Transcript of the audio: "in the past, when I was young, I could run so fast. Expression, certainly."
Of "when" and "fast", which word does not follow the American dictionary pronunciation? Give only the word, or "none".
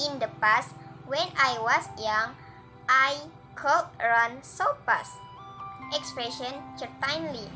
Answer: fast